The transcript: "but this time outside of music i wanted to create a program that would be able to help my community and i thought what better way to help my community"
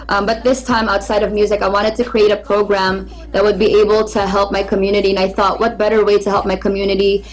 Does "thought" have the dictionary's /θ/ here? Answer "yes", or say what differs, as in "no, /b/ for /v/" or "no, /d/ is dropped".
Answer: yes